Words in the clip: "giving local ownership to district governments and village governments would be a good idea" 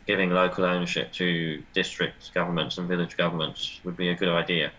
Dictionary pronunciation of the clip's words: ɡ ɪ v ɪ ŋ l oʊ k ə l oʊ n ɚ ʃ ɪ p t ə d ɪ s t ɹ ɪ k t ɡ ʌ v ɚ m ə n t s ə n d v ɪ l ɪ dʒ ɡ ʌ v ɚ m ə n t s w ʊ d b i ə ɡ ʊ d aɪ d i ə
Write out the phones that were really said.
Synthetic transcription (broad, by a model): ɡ ɪ v ɪ ŋ l oʊ k ə l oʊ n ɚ ʃ ɪ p t ə d ɪ s t ɹ ɪ k t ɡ ʌ v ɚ m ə n t s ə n v ɪ l ɪ dʒ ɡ ʌ v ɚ m ə n t s w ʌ d b i ə ɡ ʊ d aɪ d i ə